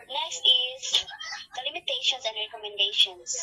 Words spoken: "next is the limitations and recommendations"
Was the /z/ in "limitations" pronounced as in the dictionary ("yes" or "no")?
no